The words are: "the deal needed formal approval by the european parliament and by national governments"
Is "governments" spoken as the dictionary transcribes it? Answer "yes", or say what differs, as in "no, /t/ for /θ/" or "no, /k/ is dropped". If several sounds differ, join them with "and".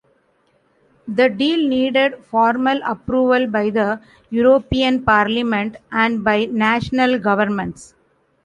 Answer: yes